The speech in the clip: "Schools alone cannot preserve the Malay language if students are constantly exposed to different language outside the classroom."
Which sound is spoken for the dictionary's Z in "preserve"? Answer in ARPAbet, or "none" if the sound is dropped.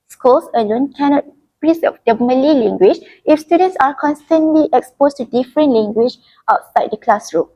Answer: S